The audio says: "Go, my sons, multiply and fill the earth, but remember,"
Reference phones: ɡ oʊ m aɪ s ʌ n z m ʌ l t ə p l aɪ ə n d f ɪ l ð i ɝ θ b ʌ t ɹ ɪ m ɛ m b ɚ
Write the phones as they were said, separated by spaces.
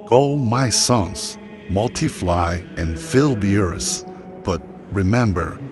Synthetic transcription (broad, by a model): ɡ oʊ m aɪ s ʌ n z m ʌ l t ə f l aɪ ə n f ɪ l ð i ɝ s b ʌ t ɹ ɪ m ɛ m b ɚ